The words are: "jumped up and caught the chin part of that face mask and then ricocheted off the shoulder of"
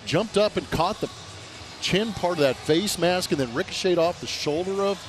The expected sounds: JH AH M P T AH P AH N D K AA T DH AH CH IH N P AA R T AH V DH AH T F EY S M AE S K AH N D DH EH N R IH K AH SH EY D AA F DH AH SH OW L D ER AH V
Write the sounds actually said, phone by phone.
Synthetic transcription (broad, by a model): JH AH M P T AH P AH N K AA T DH AH CH IH N P AA R T AH V DH AH T F EY S M AE S K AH N DH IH N R IH K AH SH EY D AA F DH AH SH OW L D ER AH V